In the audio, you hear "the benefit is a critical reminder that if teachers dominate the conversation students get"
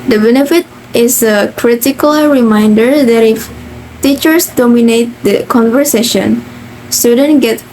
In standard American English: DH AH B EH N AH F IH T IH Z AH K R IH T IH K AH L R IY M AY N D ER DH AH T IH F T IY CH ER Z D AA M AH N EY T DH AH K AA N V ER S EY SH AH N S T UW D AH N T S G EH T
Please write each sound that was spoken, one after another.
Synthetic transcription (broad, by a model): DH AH B EH N AH F IH T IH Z AH K R IH T IH K AH L R IY M AY N D ER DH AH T IH F T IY CH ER S D AA M AH N EY T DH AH K AA N V ER S EY SH AH N S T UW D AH N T G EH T